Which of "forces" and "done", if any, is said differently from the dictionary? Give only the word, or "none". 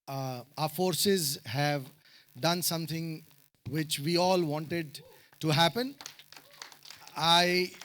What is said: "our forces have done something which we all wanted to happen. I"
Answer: none